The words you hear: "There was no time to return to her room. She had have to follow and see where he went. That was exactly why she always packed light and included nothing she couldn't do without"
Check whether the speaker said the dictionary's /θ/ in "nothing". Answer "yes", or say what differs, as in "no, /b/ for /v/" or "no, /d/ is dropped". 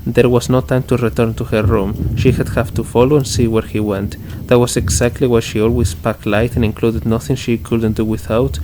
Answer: yes